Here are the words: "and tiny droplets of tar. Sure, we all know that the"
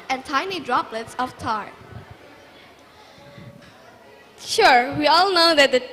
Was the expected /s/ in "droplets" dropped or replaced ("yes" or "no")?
no